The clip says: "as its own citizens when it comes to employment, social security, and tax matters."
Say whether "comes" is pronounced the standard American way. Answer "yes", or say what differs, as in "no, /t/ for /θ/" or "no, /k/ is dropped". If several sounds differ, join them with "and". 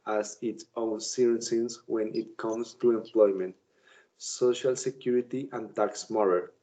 no, /s/ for /z/